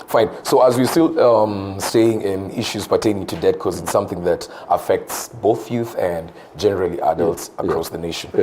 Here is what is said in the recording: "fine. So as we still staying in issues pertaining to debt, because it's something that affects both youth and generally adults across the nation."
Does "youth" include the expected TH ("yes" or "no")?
yes